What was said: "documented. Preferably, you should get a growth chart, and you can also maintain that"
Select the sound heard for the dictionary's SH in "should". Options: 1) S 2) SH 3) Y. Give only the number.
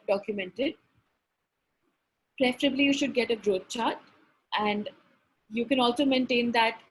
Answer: 2